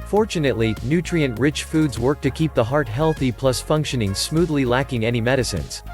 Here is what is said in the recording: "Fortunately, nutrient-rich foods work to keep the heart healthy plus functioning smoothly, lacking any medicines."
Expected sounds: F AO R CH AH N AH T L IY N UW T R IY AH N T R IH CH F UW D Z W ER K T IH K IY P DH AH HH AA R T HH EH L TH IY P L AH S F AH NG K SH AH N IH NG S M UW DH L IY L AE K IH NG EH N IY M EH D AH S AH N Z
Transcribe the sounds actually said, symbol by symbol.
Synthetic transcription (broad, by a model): F AO R CH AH N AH T L IY N UW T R IY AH N T R IH CH F UW D Z W ER K T IH K IY P DH AH HH AA R T HH EH L TH IY P L AH S F AH NG K SH AH N IH NG S M UW DH L IY L AE K IH NG EH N IY M EH D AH S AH N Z